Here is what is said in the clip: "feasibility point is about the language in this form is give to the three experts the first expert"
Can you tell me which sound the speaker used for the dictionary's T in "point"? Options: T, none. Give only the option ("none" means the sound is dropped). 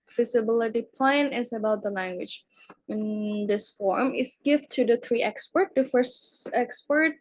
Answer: none